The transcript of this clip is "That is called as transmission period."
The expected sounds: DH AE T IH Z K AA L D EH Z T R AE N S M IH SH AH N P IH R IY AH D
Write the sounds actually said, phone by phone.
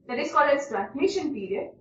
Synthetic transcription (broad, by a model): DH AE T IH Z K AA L EH S T R AE N S M IH SH AH N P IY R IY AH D